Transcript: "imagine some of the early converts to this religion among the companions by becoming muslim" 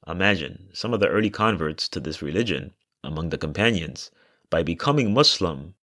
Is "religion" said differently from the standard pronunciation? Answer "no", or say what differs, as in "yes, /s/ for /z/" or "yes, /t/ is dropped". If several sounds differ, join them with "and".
no